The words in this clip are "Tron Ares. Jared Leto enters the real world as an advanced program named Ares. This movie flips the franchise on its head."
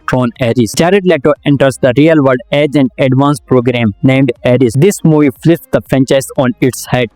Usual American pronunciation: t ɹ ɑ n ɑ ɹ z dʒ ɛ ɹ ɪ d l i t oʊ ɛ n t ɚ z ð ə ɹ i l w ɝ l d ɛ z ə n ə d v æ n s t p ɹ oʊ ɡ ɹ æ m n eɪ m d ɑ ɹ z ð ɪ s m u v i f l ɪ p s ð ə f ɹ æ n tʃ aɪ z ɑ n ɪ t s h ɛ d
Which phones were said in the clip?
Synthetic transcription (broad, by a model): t ɹ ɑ n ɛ ɹ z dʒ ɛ ɹ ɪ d l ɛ t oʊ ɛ n t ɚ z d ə ɹ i l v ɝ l d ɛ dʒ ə n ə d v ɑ n s p ɹ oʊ ɡ ɹ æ m n eɪ m d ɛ ɹ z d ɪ s m u v i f l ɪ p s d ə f ɹ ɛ n tʃ aɪ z ɑ n ɪ t s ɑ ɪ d